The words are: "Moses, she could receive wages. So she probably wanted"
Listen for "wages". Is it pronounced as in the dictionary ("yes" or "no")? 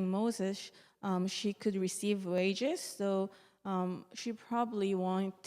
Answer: yes